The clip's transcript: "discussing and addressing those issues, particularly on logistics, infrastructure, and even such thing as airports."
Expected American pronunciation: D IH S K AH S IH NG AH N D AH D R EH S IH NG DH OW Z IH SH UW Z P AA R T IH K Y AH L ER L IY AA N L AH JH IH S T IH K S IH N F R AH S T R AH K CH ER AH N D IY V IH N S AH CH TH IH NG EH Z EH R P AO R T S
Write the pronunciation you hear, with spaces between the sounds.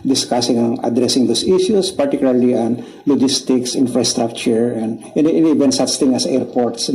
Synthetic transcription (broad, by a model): D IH S K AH S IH NG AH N AH D R EH S IH NG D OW S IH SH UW S P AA R T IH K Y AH L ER L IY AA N L AH JH IH S T IH K S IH N F R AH S T R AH K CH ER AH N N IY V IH N S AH CH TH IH NG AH S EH R P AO R T S